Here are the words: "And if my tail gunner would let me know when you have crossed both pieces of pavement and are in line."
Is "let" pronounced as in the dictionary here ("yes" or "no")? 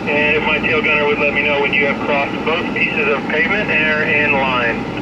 yes